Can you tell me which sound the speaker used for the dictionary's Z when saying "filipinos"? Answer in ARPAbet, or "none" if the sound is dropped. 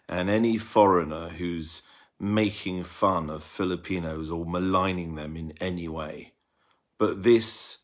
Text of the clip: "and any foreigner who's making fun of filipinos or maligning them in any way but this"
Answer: Z